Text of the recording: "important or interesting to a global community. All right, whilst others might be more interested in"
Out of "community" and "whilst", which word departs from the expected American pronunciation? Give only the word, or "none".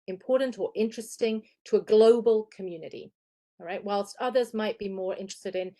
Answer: none